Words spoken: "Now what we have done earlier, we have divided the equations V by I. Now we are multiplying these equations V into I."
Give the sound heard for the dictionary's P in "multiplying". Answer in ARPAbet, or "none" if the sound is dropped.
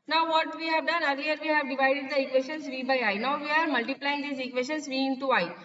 P